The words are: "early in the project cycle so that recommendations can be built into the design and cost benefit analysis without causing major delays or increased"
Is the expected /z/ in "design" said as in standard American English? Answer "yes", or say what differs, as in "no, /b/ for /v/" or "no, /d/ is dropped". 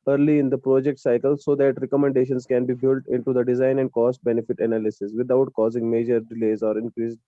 yes